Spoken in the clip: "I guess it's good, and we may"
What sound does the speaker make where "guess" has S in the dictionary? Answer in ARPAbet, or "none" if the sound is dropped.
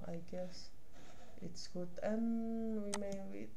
S